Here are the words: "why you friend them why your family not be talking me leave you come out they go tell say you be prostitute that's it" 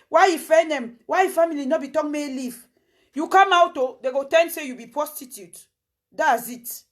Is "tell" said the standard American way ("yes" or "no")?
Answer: no